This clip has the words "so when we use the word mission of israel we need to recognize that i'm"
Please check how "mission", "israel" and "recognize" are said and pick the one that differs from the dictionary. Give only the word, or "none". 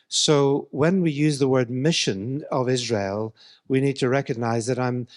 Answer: none